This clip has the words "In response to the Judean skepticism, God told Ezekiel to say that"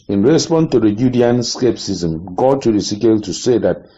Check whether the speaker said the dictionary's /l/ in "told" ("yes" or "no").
no